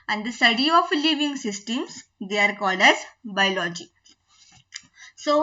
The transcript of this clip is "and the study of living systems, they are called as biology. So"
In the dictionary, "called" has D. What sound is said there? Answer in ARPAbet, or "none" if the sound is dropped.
D